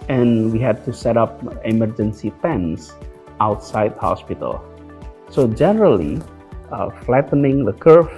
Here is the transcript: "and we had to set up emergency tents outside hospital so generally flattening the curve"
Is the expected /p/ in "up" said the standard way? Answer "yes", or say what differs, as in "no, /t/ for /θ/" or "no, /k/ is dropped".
yes